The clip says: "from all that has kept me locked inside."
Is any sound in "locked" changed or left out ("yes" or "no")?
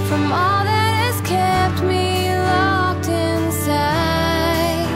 no